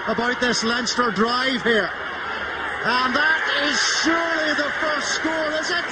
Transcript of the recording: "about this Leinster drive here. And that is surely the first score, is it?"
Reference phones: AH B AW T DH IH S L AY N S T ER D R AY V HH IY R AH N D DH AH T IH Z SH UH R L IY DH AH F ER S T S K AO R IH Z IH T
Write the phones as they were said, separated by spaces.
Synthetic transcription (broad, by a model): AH B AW T DH IH S L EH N S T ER D R AY V HH IY R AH N DH AH T IH Z SH UH R L IY DH AH F ER S T S K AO L IH Z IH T